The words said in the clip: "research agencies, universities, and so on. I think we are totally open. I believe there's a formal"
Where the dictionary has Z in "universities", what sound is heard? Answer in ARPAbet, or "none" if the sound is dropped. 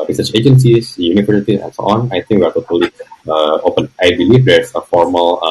none